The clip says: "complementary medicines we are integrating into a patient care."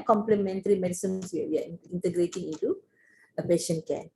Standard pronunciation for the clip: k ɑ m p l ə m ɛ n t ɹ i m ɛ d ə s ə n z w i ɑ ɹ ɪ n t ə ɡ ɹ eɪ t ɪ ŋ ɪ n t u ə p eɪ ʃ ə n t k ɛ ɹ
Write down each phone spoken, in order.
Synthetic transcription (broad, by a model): k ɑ m p l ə m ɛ n t ɹ i m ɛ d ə s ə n s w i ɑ w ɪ n t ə ɡ ɹ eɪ t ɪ ŋ ɪ n t u ə p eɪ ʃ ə n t k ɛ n